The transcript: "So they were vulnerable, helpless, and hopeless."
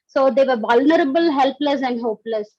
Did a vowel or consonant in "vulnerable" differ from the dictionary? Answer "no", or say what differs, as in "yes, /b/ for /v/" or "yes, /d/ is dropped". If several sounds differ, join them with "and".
no